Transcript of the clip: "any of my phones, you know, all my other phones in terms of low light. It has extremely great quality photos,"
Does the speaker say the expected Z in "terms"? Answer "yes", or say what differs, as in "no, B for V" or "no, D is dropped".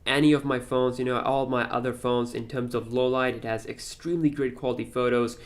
yes